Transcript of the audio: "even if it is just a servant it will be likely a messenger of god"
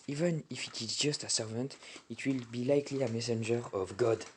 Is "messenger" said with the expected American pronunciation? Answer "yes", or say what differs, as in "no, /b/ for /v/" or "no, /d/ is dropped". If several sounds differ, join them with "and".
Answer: yes